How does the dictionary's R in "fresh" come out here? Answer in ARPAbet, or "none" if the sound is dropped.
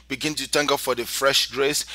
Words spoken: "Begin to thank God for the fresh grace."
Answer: R